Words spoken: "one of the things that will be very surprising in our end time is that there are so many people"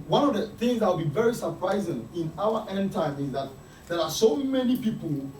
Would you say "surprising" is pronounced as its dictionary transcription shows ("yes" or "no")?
yes